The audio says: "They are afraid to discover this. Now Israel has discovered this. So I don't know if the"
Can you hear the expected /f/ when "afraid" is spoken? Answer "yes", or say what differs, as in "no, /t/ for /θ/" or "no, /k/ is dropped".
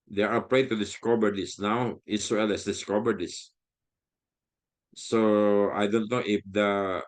no, /p/ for /f/